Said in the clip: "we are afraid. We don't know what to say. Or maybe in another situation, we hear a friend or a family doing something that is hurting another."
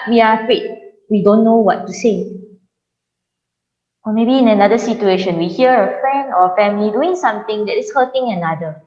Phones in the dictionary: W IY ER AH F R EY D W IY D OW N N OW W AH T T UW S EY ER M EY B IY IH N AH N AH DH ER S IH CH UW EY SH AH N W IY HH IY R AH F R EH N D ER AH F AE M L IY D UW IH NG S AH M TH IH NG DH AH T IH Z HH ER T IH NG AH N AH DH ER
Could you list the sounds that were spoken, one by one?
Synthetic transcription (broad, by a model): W IY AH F EY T W IY D OW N N OW W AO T T UW S EY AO M EY B IY IH N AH N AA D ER S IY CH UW EY SH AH N W IY HH IY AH AH F R EH N D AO AH F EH M L IY D UW IH NG S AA M T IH NG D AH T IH S HH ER T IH NG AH N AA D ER